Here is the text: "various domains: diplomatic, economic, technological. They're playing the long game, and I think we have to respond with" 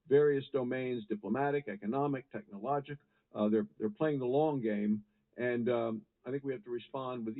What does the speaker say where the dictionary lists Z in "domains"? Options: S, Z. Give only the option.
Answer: Z